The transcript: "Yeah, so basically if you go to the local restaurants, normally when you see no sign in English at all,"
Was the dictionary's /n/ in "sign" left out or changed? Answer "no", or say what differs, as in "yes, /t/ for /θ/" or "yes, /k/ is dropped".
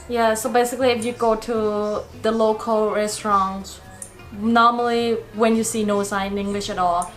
yes, /n/ is dropped